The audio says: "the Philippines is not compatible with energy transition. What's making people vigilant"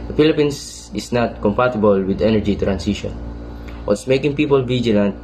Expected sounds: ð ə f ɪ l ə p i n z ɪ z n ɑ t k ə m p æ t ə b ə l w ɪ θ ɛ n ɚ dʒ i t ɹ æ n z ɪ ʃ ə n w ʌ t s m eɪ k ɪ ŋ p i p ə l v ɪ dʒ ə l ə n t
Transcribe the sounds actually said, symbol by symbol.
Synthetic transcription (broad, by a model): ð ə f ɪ l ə p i n s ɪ s n ɑ t k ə m p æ t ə b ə l w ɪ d ɛ n ɚ dʒ i t ɹ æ n s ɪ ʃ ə n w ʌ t s m eɪ k ɪ ŋ p i p ə l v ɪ dʒ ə l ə n t